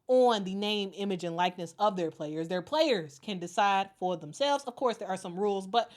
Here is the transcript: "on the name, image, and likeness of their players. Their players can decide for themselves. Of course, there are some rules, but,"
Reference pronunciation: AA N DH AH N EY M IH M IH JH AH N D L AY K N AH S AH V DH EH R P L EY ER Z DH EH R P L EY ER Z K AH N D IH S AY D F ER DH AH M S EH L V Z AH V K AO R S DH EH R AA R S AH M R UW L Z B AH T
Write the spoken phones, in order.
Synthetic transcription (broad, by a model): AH N DH AH N EY M IH M IH JH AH N L AY K N AH S AH V DH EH R P L EY ER Z DH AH R P L EY ER Z K AH N D IH S AY D F ER DH AH M S EH L V Z AH V K AO R S DH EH R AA R S AH M R UW L Z B AH T